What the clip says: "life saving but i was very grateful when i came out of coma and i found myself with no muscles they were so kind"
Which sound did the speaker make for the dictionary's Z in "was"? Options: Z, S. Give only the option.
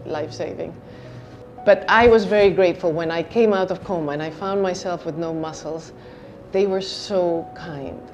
Z